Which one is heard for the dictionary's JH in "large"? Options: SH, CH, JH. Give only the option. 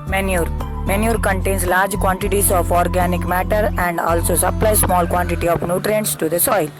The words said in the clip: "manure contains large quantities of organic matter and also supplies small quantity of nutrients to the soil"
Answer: JH